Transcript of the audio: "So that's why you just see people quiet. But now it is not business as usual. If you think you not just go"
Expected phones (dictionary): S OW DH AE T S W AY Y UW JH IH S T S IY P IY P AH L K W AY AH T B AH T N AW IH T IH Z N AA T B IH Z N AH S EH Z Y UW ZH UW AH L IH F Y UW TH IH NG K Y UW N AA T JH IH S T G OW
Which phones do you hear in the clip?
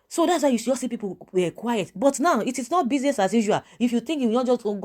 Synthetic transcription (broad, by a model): S OW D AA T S W AY Y UW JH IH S S IY P IY P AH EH K W AY AH T B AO T N AW IH T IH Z N AA T B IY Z N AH S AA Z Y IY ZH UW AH IH F Y UW T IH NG K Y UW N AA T JH IH S T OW